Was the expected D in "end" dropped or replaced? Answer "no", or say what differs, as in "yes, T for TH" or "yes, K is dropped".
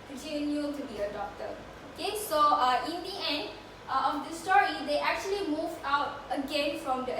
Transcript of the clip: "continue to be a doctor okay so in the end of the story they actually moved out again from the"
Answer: no